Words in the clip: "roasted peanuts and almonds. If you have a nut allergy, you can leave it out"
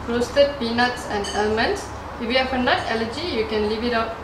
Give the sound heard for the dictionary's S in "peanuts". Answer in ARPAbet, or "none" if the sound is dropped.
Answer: S